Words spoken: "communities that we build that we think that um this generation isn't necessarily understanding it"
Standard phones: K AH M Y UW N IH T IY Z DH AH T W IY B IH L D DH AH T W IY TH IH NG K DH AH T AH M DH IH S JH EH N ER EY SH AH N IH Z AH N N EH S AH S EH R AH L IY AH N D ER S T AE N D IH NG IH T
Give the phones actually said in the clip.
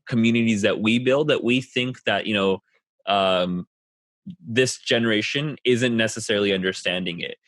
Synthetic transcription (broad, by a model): K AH M Y UW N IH T IY Z DH AH T W IY B IH L D DH AH T W IY TH IH NG K DH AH T AH M DH IH S JH EH N ER EY SH AH N IH Z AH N N EH S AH S EH R L IY AH N D ER S T AE N D IH NG IH T